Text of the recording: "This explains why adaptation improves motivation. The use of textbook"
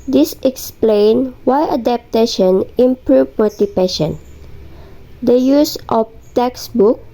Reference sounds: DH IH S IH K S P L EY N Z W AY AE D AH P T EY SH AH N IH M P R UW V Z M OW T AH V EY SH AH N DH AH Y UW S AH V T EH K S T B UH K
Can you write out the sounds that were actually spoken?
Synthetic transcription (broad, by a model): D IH S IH K S P L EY N W AY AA D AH P T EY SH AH N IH M P R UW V M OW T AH P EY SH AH N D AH Y UW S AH F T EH K S B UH K